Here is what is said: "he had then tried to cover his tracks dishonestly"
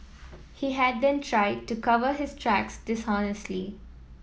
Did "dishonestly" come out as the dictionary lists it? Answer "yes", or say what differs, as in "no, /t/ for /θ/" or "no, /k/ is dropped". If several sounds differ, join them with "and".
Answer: yes